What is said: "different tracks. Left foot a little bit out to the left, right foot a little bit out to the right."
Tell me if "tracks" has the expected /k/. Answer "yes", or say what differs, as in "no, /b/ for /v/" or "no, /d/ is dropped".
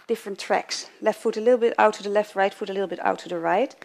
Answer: yes